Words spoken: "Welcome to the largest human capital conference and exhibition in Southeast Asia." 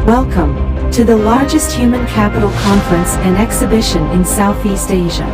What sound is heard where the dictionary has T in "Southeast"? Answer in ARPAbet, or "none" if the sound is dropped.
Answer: T